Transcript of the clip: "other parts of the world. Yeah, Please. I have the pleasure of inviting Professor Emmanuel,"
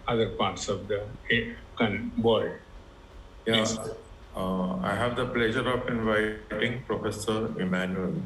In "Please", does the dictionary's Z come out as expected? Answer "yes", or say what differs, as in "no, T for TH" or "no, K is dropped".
no, Z is dropped